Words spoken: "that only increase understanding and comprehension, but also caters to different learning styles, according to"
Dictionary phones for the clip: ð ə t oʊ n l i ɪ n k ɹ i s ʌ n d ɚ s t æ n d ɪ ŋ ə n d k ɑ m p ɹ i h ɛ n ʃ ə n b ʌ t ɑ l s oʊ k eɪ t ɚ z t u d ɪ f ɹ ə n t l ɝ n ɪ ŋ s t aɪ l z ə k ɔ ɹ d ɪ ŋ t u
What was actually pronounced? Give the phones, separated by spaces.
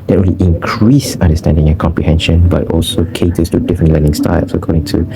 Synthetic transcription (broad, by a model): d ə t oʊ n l i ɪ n k ɹ i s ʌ n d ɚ s t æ n d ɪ ŋ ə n k ɑ m p ɹ i h ɛ n ʃ ə n b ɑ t ɑ l s oʊ k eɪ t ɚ s t u d ɪ f ɹ ə n t l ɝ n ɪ ŋ s t aɪ l s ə k ɔ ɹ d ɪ ŋ t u